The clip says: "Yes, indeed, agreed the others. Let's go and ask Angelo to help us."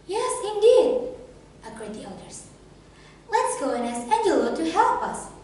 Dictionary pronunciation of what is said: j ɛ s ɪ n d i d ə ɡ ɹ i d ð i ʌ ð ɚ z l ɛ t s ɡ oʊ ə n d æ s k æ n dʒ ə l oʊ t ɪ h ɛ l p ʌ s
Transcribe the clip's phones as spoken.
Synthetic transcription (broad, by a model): j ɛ s ɪ n d i d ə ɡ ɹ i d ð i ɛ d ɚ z l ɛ t s ɡ oʊ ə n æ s æ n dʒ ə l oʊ t ɪ h ɛ l p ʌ s